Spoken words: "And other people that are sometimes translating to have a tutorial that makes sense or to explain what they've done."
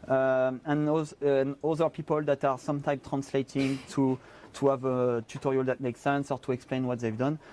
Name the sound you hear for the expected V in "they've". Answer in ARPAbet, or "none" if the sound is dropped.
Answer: V